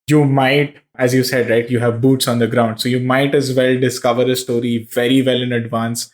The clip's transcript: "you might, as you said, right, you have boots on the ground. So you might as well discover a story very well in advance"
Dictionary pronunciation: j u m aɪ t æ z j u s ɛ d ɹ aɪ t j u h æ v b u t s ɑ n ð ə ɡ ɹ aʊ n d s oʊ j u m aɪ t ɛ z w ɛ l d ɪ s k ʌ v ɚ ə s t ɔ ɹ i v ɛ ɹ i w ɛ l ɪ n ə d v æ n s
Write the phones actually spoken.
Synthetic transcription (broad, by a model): j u m aɪ t æ z j u s ɛ d ɹ aɪ t j u h æ v b u t s ɑ n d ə ɡ ɹ aʊ n d s oʊ j u m aɪ t ɛ z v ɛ l d ɪ s k ʌ v ɚ ə s t ɔ ɹ i v ɛ ɹ i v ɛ l ɪ n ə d v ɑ n s